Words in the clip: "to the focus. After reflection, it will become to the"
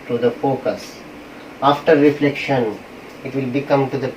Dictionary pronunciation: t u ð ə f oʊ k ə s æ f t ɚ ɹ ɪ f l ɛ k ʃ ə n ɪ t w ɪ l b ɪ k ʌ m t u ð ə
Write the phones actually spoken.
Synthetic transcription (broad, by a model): t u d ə f oʊ k ə s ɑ f t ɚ ɹ ɪ f l ɛ k ʃ ə n ɪ t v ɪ l b ɪ k ʌ m t u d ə